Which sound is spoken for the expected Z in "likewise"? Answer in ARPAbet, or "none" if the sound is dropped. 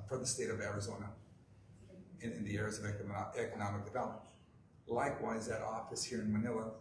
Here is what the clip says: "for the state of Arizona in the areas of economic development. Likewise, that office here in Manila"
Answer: Z